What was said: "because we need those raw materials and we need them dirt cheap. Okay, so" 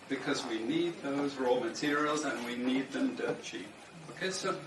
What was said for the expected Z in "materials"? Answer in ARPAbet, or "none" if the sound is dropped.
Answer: Z